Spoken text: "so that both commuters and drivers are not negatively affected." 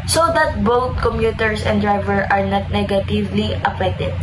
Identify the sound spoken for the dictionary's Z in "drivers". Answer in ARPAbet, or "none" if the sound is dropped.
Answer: none